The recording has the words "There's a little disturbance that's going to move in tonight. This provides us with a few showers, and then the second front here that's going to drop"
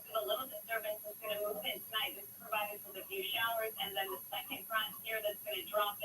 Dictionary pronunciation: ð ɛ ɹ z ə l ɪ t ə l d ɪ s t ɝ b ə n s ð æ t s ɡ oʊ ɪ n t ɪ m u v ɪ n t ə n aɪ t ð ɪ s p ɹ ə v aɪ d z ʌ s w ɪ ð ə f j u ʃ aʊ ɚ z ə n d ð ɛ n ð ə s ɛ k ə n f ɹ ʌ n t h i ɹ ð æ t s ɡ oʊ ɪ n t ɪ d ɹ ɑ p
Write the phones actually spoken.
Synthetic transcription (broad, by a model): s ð ə l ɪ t l d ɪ s t ɝ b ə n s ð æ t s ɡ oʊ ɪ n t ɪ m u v ɪ n t ə n aɪ t ð ɪ s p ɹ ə v aɪ d ɪ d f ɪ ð ə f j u ʃ aʊ ɚ z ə n ð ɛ n ð ə s ɛ k ə n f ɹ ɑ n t h i ɹ ð æ t s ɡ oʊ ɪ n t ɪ d ɹ ɑ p